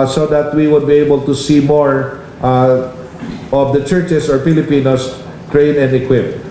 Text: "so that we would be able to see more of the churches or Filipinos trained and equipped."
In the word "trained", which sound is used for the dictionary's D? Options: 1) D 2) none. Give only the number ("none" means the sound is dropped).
2